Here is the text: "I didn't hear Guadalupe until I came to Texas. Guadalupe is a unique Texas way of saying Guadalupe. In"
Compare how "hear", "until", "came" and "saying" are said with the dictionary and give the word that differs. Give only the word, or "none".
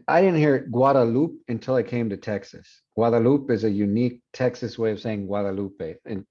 none